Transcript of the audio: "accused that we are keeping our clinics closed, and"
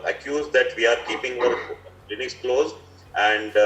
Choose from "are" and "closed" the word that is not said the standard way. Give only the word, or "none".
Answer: closed